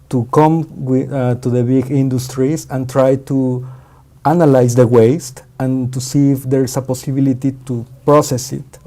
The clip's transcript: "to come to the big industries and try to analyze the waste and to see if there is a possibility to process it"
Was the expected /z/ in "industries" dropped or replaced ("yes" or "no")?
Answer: yes